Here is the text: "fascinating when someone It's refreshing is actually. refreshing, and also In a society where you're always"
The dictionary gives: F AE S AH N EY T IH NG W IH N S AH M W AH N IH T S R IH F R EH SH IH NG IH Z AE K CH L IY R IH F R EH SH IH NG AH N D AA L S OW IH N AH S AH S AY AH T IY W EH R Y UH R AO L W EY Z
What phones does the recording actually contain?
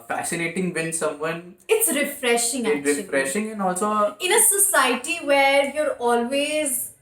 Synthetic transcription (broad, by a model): F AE S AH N EY T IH NG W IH N S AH M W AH N IH T S R IH F R EH SH IH NG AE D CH IY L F R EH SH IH NG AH N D AA L S OW IH N AH S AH S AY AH T IY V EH R Y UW R AO L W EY Z